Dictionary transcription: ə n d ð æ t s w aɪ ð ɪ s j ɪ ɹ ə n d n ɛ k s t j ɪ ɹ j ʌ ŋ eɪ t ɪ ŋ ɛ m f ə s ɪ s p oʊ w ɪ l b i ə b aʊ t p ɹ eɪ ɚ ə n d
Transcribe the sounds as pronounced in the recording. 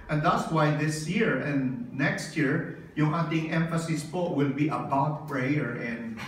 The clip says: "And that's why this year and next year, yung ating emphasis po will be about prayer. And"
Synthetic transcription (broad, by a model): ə n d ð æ t s w aɪ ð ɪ s j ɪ ɹ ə n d n ɛ k s t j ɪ ɹ j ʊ ŋ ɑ t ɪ ŋ ɛ m f ə s ɪ s p oʊ w ɪ l b i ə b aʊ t p ɹ eɪ ɚ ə n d